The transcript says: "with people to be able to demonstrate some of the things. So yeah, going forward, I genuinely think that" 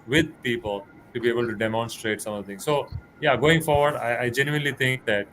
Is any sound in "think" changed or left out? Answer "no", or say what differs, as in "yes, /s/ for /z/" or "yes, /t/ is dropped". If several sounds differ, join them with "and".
yes, /t/ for /θ/